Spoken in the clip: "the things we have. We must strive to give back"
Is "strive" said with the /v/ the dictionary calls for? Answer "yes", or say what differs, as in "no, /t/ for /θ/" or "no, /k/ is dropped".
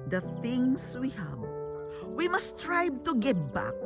no, /b/ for /v/